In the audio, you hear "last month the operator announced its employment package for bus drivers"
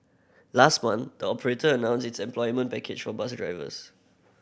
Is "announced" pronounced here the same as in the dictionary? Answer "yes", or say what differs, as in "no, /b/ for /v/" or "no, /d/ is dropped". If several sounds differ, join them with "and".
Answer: no, /t/ is dropped